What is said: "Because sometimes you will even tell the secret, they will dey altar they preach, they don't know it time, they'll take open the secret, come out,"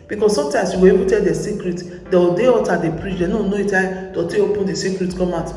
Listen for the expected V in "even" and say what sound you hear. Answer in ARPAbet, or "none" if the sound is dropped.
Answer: B